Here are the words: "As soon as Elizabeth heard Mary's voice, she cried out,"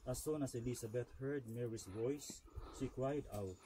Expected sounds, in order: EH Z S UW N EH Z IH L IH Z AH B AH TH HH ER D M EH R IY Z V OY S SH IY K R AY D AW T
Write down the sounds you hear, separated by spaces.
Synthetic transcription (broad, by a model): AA S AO N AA S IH L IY S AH B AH T HH ER D M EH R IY S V OY S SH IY K R AY D AW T